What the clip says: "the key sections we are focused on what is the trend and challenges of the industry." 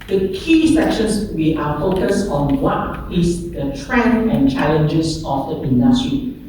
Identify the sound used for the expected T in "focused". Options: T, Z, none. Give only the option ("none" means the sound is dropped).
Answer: none